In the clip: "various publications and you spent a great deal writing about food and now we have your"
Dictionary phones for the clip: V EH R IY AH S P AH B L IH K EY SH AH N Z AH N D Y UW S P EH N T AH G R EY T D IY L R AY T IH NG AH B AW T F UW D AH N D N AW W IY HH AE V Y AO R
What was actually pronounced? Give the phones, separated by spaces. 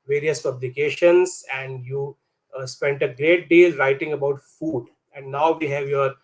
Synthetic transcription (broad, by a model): V EH R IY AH S P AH B L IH K EY SH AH N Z AH N D Y UW S P EH N T AH G R EY T D IY L R AY T IH NG AH B AW T F UW D AH N D N AW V IY HH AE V Y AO R